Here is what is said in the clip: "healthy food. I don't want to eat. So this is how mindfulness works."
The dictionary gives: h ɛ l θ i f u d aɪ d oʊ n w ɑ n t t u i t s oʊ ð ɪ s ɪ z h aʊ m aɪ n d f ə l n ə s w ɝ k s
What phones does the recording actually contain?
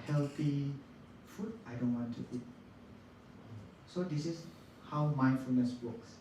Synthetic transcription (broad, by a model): h ɛ l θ i f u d aɪ d oʊ n w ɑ n t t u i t s oʊ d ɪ s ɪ s h aʊ m aɪ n f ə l n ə s w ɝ k s